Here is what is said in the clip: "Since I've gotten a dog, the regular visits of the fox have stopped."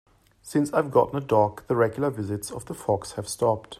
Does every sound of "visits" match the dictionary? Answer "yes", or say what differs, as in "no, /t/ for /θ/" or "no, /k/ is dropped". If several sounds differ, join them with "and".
yes